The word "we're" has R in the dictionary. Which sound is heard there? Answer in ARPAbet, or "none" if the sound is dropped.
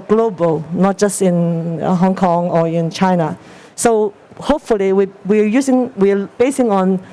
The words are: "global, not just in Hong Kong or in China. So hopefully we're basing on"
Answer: W